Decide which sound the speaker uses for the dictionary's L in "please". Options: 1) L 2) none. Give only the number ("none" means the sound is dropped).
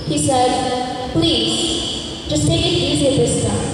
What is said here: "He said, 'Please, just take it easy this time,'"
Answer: 1